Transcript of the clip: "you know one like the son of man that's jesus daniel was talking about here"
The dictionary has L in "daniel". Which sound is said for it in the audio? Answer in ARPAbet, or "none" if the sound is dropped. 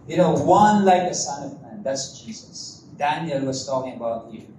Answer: L